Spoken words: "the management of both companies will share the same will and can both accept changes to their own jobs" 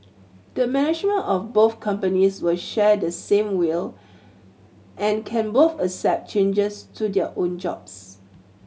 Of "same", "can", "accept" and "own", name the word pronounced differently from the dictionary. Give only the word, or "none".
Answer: accept